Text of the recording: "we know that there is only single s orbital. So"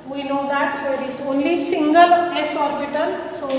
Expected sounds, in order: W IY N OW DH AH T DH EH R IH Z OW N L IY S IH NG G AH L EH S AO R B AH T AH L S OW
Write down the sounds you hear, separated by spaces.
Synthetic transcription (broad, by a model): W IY N OW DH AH T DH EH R IH Z OW N L IY S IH NG G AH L EH S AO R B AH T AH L S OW